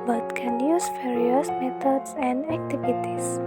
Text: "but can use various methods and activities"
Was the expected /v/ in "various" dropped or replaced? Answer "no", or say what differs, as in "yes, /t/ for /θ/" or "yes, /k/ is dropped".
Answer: yes, /f/ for /v/